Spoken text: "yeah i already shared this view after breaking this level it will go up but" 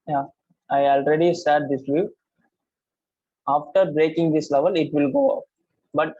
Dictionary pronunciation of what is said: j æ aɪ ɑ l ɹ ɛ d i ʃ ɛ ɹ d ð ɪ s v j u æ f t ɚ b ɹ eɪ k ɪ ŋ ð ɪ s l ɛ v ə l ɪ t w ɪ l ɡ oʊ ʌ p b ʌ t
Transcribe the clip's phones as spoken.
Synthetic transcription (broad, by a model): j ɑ aɪ ɑ l ɹ ɛ d i s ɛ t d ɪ s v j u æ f t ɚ b ɹ eɪ k ɪ ŋ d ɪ s l ɛ v ə l ɪ t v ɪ l ɡ oʊ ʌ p b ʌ t